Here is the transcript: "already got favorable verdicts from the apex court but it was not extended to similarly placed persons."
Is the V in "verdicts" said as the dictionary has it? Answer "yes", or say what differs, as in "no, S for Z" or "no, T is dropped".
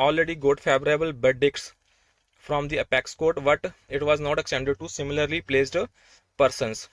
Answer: no, B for V